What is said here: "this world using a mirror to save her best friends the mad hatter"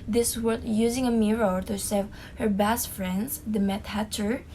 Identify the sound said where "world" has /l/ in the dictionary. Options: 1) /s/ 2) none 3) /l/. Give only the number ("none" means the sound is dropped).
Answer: 2